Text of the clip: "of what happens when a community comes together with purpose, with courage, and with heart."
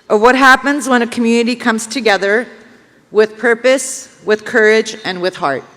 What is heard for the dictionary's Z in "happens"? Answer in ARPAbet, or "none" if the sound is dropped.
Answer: Z